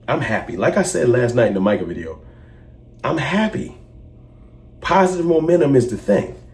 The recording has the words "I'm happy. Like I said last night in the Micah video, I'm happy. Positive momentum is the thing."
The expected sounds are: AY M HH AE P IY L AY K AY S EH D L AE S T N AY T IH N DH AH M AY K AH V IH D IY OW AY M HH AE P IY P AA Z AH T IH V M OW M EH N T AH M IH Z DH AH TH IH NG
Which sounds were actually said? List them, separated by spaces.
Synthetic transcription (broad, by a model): AY M HH AE P IY L AY K AY S EH D L AE S T N AY T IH N DH AH M AY K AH V IH D IY OW AY M HH AE P IY P AA Z AH T IH V M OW M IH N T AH M IH Z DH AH TH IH NG